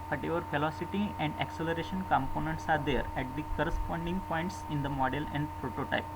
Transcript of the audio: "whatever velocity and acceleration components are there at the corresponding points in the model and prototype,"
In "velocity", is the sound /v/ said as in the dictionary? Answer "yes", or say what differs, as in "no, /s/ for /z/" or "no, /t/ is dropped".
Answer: no, /f/ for /v/